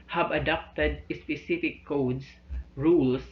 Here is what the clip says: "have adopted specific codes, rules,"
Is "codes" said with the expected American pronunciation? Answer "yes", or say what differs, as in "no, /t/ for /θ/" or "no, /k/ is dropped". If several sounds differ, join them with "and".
no, /s/ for /z/